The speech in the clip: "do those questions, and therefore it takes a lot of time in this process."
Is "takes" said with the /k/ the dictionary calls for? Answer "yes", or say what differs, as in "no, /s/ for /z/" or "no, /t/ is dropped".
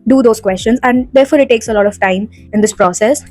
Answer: yes